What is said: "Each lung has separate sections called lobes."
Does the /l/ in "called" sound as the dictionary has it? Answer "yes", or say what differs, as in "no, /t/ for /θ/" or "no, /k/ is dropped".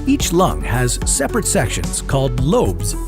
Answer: yes